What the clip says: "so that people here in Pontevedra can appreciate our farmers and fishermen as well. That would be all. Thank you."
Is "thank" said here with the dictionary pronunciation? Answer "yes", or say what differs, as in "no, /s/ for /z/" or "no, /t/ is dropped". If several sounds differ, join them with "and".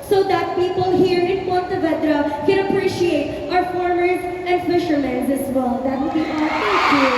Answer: no, /t/ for /θ/